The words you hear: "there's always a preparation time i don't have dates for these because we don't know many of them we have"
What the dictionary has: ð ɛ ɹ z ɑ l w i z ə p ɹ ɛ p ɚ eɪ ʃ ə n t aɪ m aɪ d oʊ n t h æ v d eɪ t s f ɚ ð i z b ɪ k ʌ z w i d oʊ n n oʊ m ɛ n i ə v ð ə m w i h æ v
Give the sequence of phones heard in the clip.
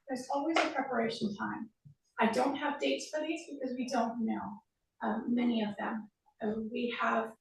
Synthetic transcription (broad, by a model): ð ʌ ɹ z ɑ l w i z ə p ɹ ɛ p ɚ eɪ ʃ n t aɪ m aɪ d oʊ n t h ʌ v d eɪ t s f ɚ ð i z b ɪ k ʌ z w i d oʊ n n oʊ m ɛ n i ə v ð ə m w i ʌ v